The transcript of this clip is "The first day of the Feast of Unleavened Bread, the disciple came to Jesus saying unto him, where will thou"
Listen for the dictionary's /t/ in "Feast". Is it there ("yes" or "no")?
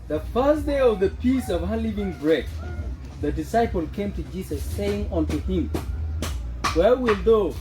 no